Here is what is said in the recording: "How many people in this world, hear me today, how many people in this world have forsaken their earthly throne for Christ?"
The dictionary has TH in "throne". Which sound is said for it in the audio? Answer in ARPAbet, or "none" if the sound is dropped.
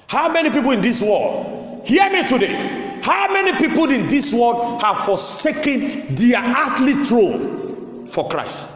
T